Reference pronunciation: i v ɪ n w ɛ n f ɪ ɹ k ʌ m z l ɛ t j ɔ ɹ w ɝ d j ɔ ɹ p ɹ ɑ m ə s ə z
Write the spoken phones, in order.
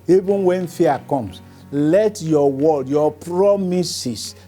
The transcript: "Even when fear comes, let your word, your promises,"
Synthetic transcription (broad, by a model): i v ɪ n w ɛ n f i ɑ k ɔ m s l ɛ t j ɔ w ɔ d j ɔ p ɹ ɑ m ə s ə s